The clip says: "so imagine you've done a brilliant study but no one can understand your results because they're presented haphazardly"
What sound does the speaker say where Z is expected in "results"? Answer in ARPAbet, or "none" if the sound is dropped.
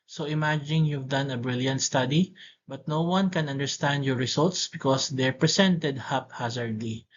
S